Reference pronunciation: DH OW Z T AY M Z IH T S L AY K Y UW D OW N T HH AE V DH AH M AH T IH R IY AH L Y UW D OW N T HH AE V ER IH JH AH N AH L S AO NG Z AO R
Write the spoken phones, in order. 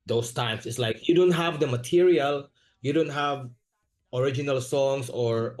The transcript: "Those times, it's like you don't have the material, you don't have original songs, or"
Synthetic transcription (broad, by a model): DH OW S T AY M S IH T S L AY K Y UW D OW N T HH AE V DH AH M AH T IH R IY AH L Y UW D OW N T HH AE V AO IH JH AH N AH L S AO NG S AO R